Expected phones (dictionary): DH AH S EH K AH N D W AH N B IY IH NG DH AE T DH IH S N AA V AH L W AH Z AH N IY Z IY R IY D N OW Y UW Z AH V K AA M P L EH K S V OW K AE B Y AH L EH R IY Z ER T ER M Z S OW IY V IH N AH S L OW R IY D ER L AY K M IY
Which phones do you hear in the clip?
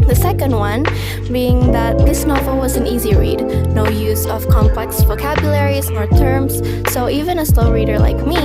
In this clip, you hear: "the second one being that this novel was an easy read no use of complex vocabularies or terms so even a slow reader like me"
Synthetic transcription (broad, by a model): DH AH S EH K AH N D W AH N B IY IH NG DH AE T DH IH S N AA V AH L W AH Z AH N IY Z IY R IY D N OW Y UW Z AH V K AA M P L EH K S V OW K AE B Y AH L EH R IY Z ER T ER M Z S OW IY V IH N AH S L OW R IY D ER L AY K M IY